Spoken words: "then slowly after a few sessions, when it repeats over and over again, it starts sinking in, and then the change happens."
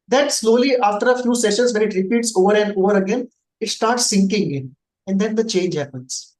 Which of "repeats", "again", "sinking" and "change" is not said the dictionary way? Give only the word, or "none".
none